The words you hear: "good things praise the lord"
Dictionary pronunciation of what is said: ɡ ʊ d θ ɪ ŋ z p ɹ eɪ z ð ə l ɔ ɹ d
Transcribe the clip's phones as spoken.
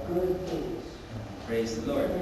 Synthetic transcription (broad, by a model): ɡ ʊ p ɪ z p ɹ eɪ z ð ə l ɔ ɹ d